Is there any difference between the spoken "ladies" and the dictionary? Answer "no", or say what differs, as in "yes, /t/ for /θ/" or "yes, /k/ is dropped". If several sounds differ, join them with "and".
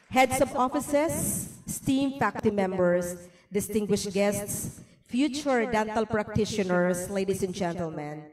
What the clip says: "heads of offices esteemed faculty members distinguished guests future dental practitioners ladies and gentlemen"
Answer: yes, /s/ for /z/